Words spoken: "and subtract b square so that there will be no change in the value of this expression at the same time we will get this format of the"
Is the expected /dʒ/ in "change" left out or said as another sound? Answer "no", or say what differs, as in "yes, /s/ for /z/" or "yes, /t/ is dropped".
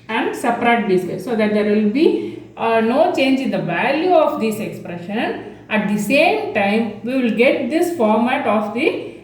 no